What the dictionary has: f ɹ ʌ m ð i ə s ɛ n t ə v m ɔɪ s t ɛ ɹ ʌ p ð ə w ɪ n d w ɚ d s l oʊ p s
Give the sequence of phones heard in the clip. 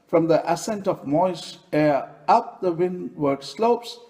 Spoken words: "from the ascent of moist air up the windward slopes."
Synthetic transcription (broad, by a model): f ɹ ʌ m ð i ə s ɛ n t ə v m ɔɪ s ɛ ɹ ʌ p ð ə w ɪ n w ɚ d s l oʊ p s